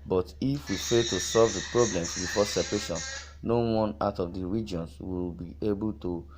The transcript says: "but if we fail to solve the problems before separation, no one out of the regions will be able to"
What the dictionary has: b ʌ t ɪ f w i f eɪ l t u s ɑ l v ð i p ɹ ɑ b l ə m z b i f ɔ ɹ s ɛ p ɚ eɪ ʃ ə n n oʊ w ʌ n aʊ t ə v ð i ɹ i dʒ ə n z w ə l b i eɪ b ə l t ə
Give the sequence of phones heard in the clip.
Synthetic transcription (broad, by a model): b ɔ t ɪ f w i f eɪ t u s ɑ l v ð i p ɹ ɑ b l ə m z b i f ɔ s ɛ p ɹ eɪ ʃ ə n n oʊ w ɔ n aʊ t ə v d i ɹ i dʒ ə n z w ə l b i eɪ b ə l t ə